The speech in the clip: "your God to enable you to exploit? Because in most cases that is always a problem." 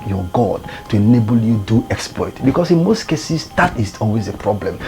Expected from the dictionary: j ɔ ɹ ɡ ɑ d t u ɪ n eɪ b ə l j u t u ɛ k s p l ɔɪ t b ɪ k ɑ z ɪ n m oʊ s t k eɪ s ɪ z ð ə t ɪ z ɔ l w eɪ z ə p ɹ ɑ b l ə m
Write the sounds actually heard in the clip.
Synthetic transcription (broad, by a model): j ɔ ɡ ɑ d t u ɪ n eɪ b ə l j u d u ɛ k s p l ɔɪ t b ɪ k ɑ s ɪ n m oʊ s t k eɪ s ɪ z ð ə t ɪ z ɔ l w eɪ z ə p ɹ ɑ b l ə m